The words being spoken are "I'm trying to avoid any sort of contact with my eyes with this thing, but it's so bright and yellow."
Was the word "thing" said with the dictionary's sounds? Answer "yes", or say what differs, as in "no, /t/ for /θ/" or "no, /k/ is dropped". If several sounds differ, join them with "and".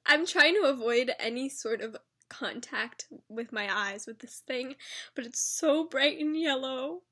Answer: yes